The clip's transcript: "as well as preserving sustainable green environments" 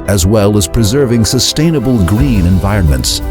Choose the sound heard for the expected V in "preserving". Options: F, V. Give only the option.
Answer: V